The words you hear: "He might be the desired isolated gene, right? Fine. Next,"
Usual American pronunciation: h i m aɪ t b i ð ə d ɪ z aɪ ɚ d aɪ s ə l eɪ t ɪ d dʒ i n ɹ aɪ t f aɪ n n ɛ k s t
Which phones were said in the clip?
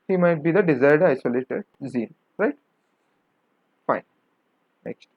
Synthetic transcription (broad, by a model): h i m aɪ t b i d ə d ɪ z aɪ ɚ d aɪ s ə l eɪ t ɪ d z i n ɹ aɪ t f aɪ n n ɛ k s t